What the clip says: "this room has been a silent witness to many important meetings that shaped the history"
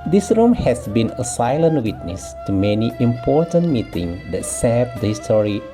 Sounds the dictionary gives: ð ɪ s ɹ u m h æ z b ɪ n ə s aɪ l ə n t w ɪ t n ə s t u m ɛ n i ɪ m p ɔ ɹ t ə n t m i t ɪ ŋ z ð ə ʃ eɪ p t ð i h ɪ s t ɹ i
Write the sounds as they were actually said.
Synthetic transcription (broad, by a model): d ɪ s ɹ u m h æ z b ɪ n ə s aɪ l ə n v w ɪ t n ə s t u m ɛ n i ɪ m p ɔ ɹ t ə n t m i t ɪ ŋ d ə s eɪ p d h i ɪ s t ɹ i